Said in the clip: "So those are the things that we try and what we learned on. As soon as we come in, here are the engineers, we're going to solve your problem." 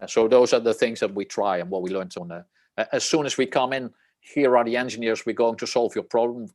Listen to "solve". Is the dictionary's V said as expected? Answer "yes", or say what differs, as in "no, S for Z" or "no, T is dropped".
yes